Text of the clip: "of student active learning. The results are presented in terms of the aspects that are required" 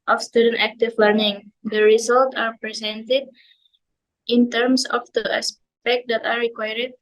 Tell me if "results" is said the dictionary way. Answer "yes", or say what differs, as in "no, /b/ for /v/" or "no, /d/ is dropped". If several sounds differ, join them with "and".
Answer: no, /s/ is dropped